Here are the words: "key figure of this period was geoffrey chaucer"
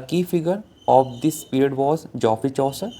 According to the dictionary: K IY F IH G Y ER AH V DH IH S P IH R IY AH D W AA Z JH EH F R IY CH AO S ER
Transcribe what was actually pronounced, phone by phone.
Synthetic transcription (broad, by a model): K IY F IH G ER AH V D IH S P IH R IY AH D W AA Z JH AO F IY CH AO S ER